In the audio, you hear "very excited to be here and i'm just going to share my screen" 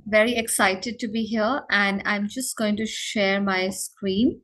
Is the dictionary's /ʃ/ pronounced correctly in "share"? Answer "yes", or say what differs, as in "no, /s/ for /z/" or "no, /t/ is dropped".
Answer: yes